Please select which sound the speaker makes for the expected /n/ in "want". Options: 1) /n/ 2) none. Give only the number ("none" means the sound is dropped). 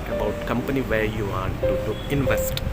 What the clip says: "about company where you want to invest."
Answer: 2